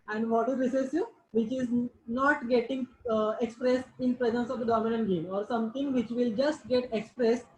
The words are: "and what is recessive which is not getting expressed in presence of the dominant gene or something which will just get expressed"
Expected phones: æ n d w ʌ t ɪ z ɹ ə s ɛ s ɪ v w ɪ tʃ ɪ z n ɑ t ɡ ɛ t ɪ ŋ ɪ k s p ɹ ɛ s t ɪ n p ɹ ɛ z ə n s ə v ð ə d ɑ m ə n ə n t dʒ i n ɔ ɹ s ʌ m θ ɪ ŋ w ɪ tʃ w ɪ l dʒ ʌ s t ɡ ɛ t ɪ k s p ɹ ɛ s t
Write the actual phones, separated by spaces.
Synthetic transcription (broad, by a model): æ n d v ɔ t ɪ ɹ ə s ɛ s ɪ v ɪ tʃ ɪ z n ɑ t ɡ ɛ t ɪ ŋ ɪ k s p ɹ ɛ s t ɪ n p ɹ ɛ z ə n s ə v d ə d ɑ m ə n ə n t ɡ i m ɔ ɹ s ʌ m t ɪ ŋ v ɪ tʃ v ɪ l dʒ ʌ s t ɡ ɛ t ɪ k s p ɹ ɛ s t